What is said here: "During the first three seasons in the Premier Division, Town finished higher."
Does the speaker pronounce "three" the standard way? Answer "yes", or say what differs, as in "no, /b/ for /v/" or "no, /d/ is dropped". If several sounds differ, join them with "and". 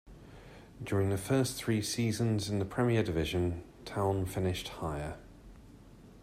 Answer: yes